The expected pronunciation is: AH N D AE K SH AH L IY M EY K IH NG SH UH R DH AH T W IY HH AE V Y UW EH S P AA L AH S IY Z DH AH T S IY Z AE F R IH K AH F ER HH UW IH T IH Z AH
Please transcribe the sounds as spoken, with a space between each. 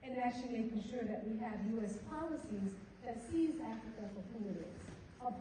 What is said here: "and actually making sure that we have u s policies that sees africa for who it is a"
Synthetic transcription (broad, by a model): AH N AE K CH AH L IY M EY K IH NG SH UH R DH AH T W IY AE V Y UW EH S P AA L AH S IY Z DH AH T S IY Z AE F R IH K AH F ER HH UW IH T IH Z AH